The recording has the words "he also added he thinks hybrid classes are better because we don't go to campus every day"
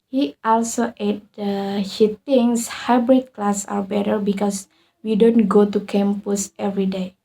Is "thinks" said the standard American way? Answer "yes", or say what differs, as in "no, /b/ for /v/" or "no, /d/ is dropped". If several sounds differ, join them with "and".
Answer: no, /t/ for /θ/ and /k/ is dropped